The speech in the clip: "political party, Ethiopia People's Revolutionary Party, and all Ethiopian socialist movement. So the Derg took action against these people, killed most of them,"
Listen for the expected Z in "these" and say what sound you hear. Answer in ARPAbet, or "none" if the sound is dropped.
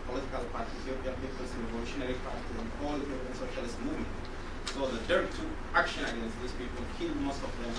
S